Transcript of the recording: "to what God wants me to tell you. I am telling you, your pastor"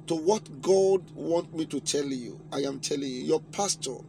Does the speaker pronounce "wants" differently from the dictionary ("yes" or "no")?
yes